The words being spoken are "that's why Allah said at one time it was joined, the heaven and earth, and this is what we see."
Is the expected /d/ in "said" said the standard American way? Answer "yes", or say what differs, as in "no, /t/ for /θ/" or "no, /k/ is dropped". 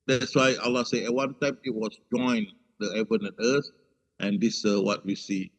no, /d/ is dropped